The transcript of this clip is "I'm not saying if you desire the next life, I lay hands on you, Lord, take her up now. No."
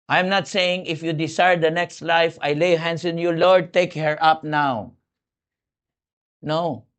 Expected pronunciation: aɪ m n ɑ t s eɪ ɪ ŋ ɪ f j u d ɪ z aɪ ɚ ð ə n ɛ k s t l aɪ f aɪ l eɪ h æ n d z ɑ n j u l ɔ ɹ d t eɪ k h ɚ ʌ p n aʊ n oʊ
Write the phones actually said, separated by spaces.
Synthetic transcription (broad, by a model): aɪ m n ɑ t s eɪ ɪ ŋ ɪ f j u d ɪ s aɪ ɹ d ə n ɛ k s t l aɪ f aɪ l eɪ h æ n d s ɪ n j u l ɔ ɹ d t eɪ k h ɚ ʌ p n aʊ n oʊ